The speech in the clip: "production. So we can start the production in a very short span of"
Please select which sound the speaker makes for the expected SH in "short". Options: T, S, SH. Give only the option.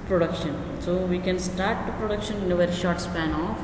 SH